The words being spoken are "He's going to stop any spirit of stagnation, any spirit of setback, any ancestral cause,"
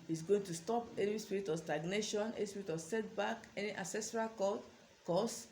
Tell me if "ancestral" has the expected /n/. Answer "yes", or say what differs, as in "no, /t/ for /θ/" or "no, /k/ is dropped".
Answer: no, /n/ is dropped